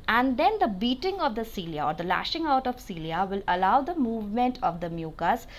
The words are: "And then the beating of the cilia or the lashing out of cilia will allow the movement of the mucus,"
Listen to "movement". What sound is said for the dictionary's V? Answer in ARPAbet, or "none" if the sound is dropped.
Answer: V